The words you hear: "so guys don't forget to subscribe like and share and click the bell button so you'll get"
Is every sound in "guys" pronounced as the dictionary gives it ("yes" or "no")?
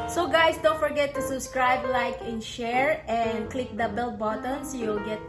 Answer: no